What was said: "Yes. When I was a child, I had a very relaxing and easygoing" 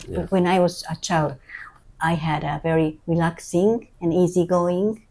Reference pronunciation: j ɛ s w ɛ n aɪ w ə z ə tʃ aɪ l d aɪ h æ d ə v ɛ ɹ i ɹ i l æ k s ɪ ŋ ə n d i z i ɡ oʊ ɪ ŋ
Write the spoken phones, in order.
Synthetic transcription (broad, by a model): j w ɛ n aɪ w ə z ə tʃ aɪ l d aɪ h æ d ə v ɛ ɹ i ɹ i l æ k s ɪ ŋ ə n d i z i ɡ oʊ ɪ ŋ